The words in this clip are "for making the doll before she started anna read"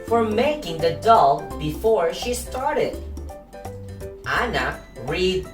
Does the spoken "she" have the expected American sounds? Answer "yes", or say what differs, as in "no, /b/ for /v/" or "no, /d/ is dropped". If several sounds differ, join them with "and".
yes